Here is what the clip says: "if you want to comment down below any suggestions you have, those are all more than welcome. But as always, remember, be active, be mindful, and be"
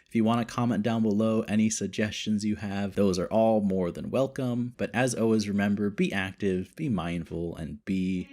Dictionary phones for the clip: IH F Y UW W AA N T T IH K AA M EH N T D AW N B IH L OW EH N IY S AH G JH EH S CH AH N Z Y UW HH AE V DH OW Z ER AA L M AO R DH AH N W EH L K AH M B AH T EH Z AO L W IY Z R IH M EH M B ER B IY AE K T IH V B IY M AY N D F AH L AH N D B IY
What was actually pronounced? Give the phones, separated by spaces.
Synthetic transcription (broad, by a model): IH F Y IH W AA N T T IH K AA M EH N D AW N B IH L OW EH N IY S AH G JH EH S CH AH N Z Y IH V DH OW Z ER AA L M AO R DH AH N W EH L K AH M B AH T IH Z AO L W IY Z R IH M EH M B ER B IY AE K T IH V B IY M AY N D F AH L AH N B IY